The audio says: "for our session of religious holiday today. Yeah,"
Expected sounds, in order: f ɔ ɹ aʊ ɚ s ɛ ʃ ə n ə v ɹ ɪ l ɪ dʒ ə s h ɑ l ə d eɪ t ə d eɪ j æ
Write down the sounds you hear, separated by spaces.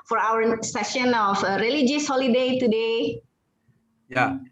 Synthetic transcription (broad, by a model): f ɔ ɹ aʊ ɚ s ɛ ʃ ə n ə f ɹ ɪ l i dʒ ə s h ɑ l ə d eɪ t ə d eɪ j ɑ